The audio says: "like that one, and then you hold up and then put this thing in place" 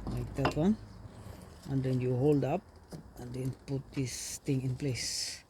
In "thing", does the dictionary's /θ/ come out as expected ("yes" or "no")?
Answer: no